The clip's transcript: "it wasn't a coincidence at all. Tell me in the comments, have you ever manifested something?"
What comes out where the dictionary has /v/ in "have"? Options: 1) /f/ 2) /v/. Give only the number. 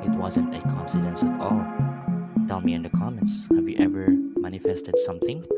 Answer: 2